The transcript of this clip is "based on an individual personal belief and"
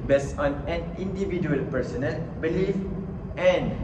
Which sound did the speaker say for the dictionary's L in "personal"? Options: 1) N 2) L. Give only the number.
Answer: 2